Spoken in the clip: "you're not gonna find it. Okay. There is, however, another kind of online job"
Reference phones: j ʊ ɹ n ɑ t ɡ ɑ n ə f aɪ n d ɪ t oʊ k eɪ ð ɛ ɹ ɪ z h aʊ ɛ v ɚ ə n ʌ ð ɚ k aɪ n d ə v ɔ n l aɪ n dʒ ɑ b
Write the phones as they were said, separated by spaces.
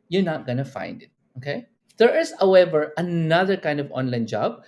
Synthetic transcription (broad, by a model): j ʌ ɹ n ɑ t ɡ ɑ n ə f aɪ n d ɪ t oʊ k eɪ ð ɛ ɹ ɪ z h aʊ ɛ v ɚ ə n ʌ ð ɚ k aɪ n d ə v ɔ n l aɪ n dʒ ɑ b